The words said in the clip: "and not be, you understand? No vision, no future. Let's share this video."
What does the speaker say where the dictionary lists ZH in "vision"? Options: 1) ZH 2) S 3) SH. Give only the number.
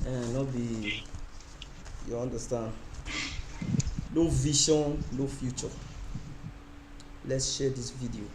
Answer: 3